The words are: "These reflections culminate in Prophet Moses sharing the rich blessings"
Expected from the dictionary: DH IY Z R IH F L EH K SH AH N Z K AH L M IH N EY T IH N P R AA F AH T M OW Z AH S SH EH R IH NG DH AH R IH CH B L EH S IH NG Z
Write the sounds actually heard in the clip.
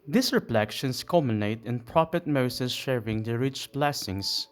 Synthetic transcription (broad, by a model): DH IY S R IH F L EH K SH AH N S K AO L M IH N EY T IH N P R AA P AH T M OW S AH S SH EH R IH NG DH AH R IH CH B L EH S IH NG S